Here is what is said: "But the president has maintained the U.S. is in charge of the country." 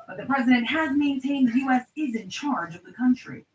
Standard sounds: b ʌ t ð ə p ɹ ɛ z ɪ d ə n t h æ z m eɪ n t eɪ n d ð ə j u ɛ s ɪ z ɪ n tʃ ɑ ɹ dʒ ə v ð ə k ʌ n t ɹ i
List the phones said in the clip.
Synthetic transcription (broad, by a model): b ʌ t ð ə p ɹ ɛ z ɪ d ə n t h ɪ z m eɪ n t eɪ n d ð j u ɛ s ɪ z ɪ n tʃ ɑ ɹ dʒ ə v ð ə k ʌ n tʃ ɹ i